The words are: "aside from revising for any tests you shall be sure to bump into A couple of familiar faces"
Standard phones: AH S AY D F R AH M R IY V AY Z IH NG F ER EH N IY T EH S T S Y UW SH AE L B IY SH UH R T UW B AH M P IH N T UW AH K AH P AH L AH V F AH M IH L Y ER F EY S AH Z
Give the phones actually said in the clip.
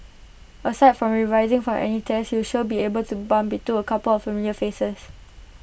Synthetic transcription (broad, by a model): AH S AY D F R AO M R IY V AY Z IH NG F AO EH N IY T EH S S Y UW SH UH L B IY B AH L T UW B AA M B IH T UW AH K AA P AH L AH F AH M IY L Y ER F EY S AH S